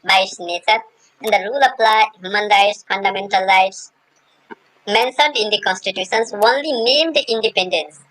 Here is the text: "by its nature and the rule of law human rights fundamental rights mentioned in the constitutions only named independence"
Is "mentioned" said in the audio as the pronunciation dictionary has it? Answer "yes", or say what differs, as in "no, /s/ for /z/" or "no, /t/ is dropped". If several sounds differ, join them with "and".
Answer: no, /s/ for /ʃ/